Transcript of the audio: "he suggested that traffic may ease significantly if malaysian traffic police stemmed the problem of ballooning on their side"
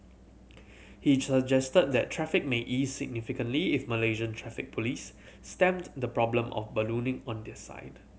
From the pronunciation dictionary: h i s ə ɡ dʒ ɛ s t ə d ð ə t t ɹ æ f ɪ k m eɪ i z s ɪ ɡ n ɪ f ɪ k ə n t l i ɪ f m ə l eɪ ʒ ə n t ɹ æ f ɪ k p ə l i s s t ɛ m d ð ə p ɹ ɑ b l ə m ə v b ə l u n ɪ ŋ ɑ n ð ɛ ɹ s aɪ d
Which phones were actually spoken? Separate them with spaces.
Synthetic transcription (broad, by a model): h i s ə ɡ dʒ ɛ s t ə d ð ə t t ɹ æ f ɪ k m eɪ i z s ɪ ɡ n ɪ f ɪ k ə n t l i ɪ f m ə l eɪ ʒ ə n t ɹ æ f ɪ k p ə l i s s t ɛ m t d ə p ɹ ɑ b l ə m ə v b ə l u n ɪ ŋ ɑ n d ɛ s aɪ d